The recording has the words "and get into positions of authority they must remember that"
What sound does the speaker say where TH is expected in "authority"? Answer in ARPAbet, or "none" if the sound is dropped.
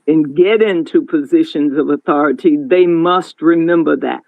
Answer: TH